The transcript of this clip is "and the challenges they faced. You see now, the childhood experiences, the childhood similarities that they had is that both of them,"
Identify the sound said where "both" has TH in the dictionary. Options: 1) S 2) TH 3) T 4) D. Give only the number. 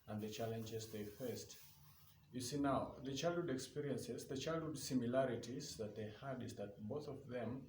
2